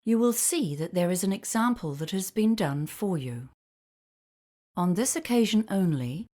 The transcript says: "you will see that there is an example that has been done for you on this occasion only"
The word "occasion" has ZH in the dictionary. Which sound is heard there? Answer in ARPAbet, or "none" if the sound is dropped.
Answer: ZH